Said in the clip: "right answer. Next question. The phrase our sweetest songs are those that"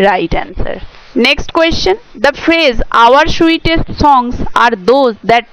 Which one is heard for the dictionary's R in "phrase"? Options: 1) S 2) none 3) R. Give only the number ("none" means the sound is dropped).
3